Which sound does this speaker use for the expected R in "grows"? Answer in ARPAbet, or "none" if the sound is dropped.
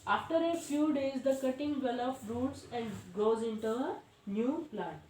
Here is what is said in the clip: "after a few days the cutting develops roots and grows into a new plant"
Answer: none